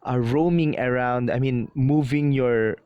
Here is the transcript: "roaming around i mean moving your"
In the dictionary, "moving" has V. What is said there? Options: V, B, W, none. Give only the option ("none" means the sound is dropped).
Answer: V